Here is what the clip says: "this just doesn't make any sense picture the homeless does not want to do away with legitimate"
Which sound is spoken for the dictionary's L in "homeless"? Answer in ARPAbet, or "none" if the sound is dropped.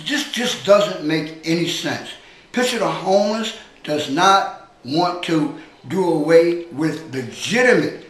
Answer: none